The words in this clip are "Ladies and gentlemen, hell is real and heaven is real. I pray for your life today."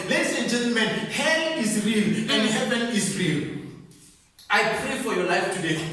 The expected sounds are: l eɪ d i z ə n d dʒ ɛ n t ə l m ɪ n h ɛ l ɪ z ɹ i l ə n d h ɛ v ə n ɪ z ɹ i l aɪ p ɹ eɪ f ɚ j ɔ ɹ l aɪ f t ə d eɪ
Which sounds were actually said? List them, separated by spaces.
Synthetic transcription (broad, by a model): l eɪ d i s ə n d dʒ ɛ n t ə l m ɪ n h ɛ n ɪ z ɹ i l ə n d h ɛ v ə n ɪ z ɹ i l aɪ p ɹ eɪ f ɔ j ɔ l aɪ f t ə d eɪ